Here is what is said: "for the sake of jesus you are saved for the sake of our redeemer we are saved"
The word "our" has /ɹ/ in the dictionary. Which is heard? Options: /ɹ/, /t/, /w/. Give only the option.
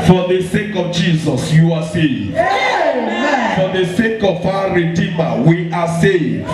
/w/